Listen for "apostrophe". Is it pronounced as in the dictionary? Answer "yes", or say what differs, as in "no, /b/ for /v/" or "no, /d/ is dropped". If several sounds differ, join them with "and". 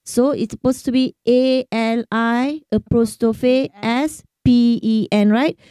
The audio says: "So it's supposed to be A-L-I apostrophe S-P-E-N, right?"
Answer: no, /ɹ/ is dropped